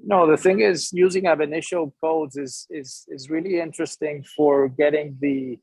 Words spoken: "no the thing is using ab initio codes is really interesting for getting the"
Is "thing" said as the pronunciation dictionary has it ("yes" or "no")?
yes